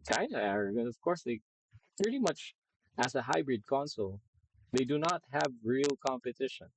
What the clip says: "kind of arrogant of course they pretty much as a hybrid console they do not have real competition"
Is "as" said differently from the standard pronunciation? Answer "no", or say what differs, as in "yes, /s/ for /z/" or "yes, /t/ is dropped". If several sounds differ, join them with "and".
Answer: yes, /s/ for /z/